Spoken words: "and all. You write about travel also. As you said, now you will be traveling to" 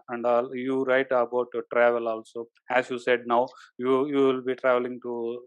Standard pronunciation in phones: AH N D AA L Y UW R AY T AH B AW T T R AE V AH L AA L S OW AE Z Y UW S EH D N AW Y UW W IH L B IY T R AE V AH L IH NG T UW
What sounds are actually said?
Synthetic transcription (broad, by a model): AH N D AA L Y UW R AY T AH B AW T T R AE V AH L AA L S OW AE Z Y UW S EH D N AW Y UW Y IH L B IY T R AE V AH L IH NG T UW